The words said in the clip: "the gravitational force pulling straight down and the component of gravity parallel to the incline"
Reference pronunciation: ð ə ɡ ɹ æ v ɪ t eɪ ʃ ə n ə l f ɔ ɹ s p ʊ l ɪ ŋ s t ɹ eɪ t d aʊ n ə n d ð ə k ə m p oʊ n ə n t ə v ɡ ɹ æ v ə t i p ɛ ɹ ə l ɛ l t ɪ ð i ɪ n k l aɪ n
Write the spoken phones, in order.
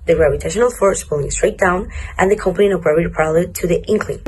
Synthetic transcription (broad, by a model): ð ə ɹ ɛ p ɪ t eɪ ʃ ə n l f ɔ ɹ s p ʊ l ɪ ŋ s t ɹ eɪ t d aʊ n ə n ð ə k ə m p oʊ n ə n ə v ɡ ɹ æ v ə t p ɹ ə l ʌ t ɪ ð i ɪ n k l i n